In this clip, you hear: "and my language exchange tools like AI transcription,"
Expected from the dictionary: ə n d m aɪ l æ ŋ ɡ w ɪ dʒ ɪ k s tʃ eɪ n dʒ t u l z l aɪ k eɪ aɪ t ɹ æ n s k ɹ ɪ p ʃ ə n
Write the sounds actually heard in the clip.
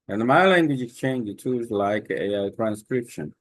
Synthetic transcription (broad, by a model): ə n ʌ m aɪ l æ ŋ ɡ w ɪ dʒ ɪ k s tʃ eɪ n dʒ t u z l aɪ k eɪ aɪ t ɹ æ n s k ɹ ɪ p ʃ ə n